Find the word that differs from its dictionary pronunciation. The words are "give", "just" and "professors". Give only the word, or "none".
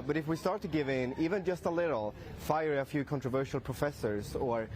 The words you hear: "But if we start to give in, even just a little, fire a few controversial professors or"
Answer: none